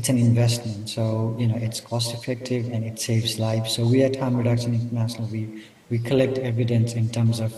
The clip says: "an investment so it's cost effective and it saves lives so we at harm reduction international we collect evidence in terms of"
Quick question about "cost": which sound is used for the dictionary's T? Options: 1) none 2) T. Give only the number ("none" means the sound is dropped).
2